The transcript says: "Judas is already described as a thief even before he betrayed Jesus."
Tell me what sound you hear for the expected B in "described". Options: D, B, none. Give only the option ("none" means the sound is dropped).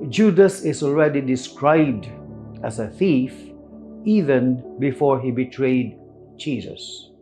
B